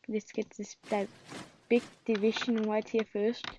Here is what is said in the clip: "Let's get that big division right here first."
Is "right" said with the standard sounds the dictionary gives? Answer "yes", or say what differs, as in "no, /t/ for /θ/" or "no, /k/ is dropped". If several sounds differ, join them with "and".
no, /w/ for /ɹ/